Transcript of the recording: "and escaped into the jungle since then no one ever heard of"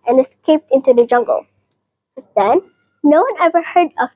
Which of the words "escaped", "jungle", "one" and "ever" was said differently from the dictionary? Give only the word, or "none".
none